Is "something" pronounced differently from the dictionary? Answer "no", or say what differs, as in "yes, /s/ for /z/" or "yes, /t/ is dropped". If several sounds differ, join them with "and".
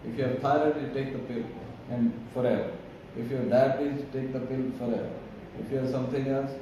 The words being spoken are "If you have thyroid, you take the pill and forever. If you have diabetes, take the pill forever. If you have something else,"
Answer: yes, /t/ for /θ/